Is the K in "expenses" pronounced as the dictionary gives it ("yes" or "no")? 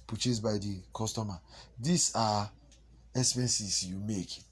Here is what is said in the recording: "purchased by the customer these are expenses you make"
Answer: no